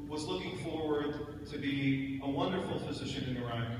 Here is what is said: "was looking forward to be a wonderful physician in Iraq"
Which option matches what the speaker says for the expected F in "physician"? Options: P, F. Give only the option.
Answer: F